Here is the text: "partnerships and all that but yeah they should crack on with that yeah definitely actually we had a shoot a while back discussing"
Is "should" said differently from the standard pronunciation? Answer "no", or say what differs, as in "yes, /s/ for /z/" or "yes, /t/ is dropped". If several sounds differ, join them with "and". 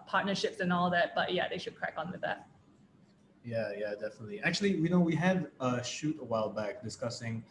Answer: no